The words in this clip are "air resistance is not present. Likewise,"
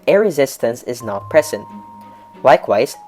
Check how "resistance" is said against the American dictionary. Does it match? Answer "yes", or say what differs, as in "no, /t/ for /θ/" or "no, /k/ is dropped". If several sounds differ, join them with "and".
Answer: yes